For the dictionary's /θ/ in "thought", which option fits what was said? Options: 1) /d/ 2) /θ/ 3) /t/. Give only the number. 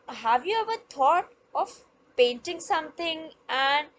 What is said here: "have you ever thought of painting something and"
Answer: 3